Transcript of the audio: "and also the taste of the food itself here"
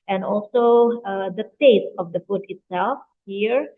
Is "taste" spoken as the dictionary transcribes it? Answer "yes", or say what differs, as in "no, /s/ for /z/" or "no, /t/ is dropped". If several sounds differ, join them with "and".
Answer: no, /s/ is dropped